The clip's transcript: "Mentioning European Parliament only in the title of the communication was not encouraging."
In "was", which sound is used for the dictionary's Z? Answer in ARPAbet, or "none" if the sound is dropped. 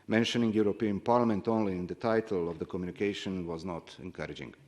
Z